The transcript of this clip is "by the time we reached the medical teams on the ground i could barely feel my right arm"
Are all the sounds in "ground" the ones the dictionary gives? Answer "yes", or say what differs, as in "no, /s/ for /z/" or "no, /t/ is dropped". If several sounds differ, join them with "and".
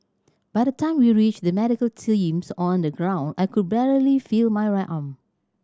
yes